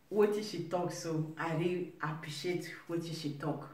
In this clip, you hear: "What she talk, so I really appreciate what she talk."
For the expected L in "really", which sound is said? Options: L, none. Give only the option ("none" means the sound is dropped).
none